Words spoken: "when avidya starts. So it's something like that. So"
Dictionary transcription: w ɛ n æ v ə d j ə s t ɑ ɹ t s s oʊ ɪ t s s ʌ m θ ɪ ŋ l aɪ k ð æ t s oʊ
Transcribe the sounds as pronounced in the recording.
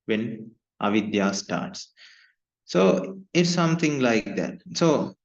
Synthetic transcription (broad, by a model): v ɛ n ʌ v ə d j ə s t ɑ ɹ t s s oʊ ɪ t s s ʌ m t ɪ ŋ l aɪ k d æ t s oʊ